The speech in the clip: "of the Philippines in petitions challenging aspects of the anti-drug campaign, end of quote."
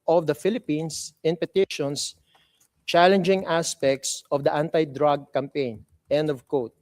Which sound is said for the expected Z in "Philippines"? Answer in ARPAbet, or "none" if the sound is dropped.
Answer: S